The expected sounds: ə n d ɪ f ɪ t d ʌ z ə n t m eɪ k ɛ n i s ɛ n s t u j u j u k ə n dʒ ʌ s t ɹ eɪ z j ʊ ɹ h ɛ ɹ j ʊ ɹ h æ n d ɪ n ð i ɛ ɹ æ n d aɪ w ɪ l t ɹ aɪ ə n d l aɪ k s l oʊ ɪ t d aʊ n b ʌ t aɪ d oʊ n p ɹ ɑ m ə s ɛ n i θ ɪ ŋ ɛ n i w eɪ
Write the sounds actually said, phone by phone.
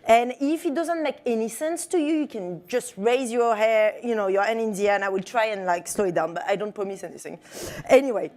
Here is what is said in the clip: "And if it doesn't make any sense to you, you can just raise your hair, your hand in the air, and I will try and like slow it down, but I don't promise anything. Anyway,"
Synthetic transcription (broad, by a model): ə n ɪ f ɪ t d ʌ z ə n t m eɪ k ɛ n i s ɛ n s t u j u j u k ə n dʒ ʌ s t ɹ eɪ z j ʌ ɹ h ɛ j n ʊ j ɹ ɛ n ɪ n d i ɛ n aɪ w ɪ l t ɹ aɪ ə n l aɪ k s l oʊ ɪ t d aʊ n b ʌ t aɪ d oʊ n p ɹ ɑ m ə s ɛ n i θ ɪ ŋ ɛ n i w eɪ